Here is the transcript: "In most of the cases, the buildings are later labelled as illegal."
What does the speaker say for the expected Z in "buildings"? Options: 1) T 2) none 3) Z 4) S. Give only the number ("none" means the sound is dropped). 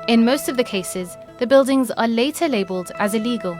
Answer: 3